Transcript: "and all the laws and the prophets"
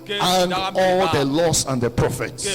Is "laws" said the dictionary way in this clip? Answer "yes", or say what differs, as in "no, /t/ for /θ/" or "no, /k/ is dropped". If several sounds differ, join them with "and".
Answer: no, /s/ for /z/